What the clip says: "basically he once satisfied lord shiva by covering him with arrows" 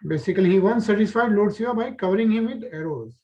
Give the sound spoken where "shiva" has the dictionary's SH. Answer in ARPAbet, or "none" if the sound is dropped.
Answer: S